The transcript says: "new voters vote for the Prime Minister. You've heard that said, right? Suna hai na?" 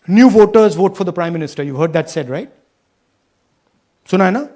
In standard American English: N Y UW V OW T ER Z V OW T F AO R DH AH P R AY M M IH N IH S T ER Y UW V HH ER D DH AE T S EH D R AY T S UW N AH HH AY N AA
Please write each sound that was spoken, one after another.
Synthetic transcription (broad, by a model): N Y UW V OW T ER Z V OW T F AO R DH AH P R AY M M IH N IH S T ER Y UW V HH ER D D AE T S EH D R AY T S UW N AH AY N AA